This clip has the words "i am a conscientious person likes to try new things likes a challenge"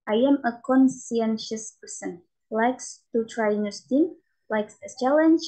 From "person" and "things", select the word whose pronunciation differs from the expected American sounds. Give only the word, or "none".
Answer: things